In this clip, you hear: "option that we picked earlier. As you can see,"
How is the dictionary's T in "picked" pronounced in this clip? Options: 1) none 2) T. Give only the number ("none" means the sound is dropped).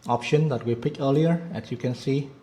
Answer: 1